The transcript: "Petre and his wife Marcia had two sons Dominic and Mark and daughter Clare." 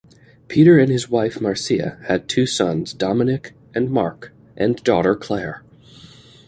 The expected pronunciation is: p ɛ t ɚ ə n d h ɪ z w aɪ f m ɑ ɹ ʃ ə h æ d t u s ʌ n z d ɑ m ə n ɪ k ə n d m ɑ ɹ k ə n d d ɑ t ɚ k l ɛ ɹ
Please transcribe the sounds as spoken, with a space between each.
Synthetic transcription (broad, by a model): p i t ɚ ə n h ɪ z w aɪ f m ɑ ɹ s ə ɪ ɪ d t u s ʌ n z d ɑ m ə n ɪ k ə n m ɑ ɹ k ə n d d ɑ t ɚ k l ɛ ɹ